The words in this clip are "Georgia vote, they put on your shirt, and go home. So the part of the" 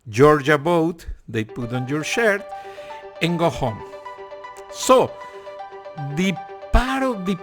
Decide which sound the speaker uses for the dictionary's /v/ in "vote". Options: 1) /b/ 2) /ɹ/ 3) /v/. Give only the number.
1